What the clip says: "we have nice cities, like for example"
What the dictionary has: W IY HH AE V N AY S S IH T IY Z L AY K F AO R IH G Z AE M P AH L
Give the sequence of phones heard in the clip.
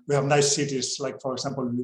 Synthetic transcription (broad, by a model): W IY HH AE V N AY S S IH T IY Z L AY K F AO R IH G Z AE M P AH L